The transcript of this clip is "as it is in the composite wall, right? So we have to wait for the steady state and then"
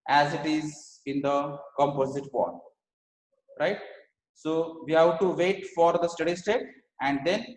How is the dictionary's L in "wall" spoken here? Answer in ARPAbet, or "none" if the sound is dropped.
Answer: N